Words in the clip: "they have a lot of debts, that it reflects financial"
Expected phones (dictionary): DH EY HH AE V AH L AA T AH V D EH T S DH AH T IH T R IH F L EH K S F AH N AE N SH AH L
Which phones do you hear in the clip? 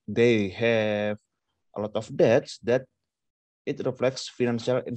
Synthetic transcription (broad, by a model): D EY HH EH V AH L AA T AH F D EH T S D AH T IH T R IH F L EH K S F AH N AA N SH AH L